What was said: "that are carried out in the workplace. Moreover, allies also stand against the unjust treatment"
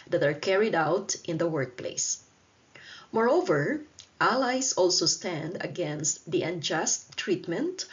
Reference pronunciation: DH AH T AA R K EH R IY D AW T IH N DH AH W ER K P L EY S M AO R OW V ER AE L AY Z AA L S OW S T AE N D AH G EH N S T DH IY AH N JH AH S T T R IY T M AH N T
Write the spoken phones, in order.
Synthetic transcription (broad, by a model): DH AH T AA R K EH R IY D AW T IH N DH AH W ER K P L EY S M AO R OW V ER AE L AY S AA L S OW S T AE N D AH G EH N S T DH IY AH N JH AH S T T R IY T M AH N T